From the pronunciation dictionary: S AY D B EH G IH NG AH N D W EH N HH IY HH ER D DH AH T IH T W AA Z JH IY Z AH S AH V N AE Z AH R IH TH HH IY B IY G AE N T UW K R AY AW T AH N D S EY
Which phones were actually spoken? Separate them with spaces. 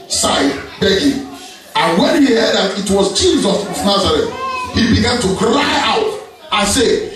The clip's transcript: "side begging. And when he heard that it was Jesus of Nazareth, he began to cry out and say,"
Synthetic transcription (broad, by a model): S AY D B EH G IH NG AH N W EH N HH IY HH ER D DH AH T IH T W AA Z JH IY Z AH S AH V N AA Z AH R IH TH HH IY B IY G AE N T UW K R AY AW T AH N S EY